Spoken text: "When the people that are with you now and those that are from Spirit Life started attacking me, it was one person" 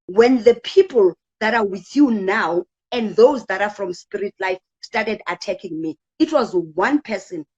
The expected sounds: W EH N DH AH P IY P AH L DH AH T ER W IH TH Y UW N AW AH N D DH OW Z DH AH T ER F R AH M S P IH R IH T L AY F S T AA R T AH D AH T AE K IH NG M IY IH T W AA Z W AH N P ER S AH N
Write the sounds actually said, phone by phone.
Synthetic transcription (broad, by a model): W EH N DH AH P IY P AH L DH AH T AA W IH TH Y UW N AW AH N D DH OW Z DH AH T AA F R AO M S P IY R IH T L AY F S T AA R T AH D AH T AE K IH NG M IY IH T W AA Z W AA N P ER S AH N